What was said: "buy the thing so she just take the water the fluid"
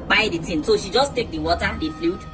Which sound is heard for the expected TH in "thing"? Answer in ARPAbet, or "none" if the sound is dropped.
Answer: T